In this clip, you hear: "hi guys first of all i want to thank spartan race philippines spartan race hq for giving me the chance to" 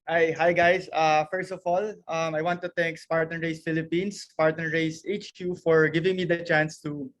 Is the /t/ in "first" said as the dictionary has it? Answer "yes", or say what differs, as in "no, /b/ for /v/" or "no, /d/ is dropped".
yes